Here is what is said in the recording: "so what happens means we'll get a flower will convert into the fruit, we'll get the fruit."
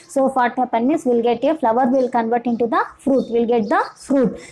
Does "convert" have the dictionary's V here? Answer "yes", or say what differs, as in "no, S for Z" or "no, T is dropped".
yes